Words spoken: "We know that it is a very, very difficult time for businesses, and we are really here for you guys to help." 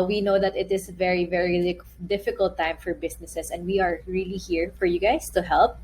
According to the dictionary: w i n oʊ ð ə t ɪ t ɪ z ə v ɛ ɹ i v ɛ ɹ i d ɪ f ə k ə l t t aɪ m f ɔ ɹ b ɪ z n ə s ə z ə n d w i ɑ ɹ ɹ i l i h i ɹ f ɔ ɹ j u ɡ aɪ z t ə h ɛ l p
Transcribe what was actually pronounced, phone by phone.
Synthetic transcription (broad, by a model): w i n oʊ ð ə t ɪ t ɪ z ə v ɛ ɹ i v ɛ ɹ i d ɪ f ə k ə l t t aɪ m f ɔ ɹ b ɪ s n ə s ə s ə n d w i ɑ ɹ ɹ i l i h i ɹ f ɔ ɹ j u ɡ aɪ s t ə h ɛ l p